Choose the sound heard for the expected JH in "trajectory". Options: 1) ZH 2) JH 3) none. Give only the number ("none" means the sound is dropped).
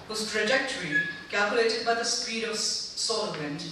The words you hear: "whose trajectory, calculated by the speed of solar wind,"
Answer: 2